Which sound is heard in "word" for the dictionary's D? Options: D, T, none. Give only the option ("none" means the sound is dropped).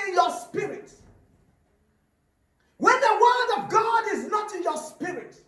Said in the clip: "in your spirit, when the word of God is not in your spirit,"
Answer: D